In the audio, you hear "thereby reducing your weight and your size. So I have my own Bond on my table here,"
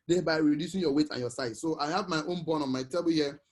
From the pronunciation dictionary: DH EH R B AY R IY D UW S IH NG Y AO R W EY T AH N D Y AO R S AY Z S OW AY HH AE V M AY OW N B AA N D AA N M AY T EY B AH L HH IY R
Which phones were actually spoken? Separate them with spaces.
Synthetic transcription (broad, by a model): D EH B AY R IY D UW S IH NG Y AO W EY T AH N Y AO S AY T S OW AY HH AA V M AY OW N B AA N AA N M AY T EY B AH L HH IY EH